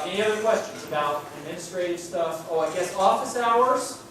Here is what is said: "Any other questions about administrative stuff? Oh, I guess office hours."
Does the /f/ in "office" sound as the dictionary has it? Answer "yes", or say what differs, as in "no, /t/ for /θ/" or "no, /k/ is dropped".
yes